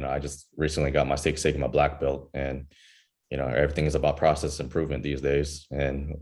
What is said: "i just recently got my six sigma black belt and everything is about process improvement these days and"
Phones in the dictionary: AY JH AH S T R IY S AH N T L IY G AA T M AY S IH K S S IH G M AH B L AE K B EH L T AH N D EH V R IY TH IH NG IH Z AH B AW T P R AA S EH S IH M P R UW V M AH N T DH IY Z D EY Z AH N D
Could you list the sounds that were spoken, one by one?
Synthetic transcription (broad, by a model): AY JH AH S T R IY S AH N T L IY G AA T M AY S IH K S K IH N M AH B L AE K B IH L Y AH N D EH V R IY TH IH NG IH Z AH B AW T P R AA S EH S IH M P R UW V M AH N DH IY Z D EY Z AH N